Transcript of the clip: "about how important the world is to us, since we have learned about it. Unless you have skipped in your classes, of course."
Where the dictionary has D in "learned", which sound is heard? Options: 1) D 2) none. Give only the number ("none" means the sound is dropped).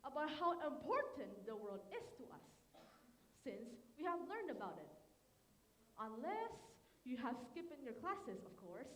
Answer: 1